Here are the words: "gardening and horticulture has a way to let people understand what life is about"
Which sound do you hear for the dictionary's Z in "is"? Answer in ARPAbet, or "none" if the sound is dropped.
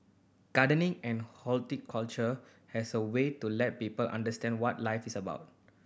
S